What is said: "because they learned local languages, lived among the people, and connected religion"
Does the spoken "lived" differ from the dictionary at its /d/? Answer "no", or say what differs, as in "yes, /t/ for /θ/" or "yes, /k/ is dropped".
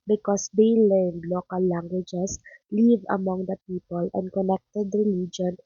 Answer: yes, /d/ is dropped